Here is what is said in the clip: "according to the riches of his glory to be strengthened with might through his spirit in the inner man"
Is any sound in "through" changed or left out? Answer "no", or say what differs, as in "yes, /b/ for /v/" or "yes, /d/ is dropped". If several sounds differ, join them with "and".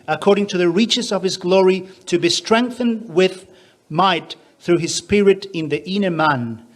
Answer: no